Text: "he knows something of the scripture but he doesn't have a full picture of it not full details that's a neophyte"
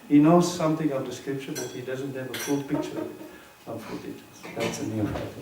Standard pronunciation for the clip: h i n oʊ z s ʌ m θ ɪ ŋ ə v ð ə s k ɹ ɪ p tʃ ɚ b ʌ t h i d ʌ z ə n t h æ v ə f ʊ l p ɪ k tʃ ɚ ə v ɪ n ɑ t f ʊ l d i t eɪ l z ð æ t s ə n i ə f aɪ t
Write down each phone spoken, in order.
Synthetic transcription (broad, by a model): h i n oʊ z s ʌ m θ ɪ ŋ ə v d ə s k ɹ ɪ p ʃ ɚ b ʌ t h i d ʌ z ə n t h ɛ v ə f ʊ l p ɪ k tʃ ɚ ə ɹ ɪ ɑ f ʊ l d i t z ð æ t s ə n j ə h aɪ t